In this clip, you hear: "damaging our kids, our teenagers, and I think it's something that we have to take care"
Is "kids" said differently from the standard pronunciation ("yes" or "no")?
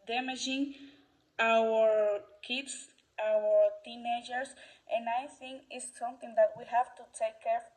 yes